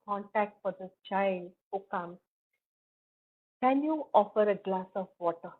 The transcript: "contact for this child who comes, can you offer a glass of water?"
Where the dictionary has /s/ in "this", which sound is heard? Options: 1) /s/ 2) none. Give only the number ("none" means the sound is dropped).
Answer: 2